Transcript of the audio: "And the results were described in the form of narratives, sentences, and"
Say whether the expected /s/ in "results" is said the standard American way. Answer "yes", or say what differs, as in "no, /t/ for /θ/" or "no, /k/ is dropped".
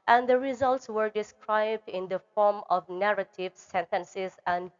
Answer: yes